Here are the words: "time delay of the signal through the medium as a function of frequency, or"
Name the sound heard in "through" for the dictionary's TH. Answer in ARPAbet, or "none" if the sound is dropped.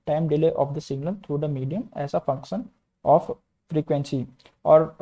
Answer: T